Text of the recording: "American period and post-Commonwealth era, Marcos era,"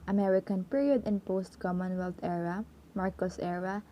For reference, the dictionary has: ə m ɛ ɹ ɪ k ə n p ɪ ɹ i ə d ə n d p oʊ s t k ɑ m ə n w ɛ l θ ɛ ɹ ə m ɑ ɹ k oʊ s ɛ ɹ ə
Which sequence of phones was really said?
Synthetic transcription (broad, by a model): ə m ɛ ɹ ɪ k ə n p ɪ ɹ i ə d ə n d p oʊ s t k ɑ m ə n w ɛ l t ɛ ɹ ə m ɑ ɹ k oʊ s ɛ ɹ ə